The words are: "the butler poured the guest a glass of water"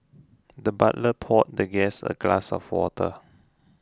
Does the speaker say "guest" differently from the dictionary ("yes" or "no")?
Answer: yes